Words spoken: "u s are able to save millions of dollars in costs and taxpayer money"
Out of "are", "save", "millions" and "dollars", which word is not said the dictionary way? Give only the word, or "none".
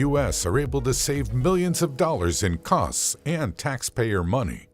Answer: none